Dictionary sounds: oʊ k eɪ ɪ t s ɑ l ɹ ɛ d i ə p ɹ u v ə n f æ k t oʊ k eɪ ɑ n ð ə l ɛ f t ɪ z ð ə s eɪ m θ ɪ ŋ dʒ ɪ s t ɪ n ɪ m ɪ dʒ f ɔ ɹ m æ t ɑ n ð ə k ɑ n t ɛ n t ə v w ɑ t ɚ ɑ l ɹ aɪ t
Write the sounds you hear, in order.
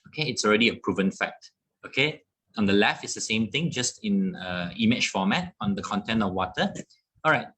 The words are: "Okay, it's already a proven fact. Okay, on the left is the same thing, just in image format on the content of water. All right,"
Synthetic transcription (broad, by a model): oʊ k eɪ ɪ t s ɑ l ɹ ɛ d i ə p ɹ u v ə n f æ k t oʊ k eɪ ɑ n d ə l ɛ f ɪ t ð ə s eɪ m t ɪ ŋ dʒ ɪ s t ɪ n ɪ m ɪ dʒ f ɔ m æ t ɑ n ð ə k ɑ n t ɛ n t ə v w ɑ t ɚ ɑ l ɹ aɪ t